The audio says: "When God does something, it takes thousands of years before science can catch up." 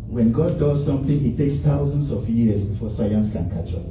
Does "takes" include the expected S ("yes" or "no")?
yes